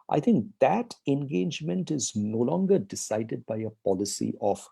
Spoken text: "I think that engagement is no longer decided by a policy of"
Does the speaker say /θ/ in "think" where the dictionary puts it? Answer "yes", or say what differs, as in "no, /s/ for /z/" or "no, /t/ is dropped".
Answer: no, /t/ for /θ/